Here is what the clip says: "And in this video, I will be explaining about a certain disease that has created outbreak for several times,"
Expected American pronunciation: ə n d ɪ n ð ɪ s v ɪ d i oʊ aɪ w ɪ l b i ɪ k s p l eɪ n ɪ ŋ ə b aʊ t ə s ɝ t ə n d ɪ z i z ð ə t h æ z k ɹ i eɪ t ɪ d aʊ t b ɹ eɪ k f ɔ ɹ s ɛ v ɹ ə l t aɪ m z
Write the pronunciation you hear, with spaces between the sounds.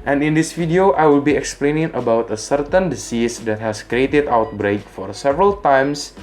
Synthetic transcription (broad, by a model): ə n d ɪ n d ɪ s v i d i oʊ aɪ w ɪ l b i ɪ k s p l eɪ n ɪ ŋ ə b aʊ t ə s ɝ t ə n d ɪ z i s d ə t h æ s k ɹ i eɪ t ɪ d aʊ t b ɹ eɪ k f ɔ ɹ s ɛ v ɹ ə l t aɪ m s